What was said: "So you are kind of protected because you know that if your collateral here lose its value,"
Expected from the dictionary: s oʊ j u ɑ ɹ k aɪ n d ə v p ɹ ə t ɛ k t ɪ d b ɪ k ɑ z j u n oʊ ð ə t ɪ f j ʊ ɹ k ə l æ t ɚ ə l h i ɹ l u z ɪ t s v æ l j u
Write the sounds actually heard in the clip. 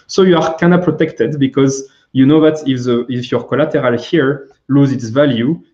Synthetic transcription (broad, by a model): s oʊ j u ɑ ɹ k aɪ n ə p ɹ ə t ɛ k t ɪ d b ɪ k ɑ z j u n oʊ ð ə t ɪ f j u ɹ k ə l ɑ t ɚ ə l h i ɹ l u z ɪ t s v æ l j u